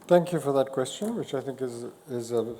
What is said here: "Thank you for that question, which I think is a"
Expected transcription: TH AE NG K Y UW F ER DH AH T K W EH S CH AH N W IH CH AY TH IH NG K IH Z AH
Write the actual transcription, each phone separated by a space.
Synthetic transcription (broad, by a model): TH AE NG K Y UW F ER DH AH T K W EH S CH AH N W IH CH AY TH IH NG K IH Z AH